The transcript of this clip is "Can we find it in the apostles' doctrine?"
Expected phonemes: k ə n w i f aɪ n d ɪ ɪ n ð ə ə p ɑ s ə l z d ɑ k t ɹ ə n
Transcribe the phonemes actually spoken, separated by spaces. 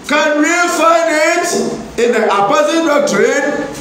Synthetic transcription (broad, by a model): k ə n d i f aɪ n ɪ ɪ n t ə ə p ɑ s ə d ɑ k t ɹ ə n